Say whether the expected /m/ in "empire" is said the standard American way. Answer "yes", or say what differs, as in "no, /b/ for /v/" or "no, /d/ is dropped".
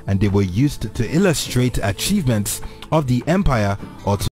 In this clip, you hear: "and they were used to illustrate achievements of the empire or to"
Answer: yes